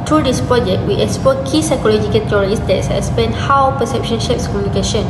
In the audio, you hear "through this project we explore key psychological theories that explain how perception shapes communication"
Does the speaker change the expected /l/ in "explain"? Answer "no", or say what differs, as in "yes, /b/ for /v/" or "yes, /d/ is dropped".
yes, /l/ is dropped